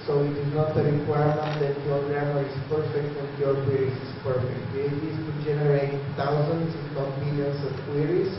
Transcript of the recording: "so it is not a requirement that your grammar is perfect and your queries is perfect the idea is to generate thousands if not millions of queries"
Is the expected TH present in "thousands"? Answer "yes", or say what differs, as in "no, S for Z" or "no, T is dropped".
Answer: no, T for TH